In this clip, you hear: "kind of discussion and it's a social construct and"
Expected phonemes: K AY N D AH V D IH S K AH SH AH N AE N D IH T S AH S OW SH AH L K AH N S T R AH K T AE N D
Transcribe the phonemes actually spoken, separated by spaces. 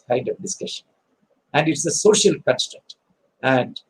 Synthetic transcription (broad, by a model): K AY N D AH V D IH S K AH SH AH N AE N D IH T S AH S OW SH AH L K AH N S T AH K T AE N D